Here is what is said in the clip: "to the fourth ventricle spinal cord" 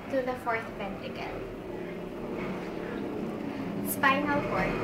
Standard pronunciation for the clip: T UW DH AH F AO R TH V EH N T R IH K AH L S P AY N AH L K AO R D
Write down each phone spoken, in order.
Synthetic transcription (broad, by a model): T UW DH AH F AO R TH P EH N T IH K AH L S P AY N AH L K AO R